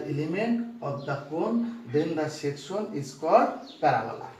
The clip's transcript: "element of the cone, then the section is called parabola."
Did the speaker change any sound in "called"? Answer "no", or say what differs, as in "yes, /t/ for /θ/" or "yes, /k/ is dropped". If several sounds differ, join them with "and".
yes, /l/ is dropped